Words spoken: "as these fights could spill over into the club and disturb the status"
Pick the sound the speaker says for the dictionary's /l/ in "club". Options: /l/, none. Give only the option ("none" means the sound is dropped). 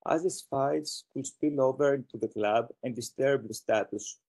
/l/